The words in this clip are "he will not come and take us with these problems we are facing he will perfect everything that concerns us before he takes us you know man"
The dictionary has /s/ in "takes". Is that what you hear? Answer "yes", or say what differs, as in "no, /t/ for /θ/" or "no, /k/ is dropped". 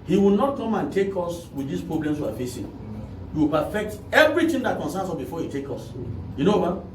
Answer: no, /s/ is dropped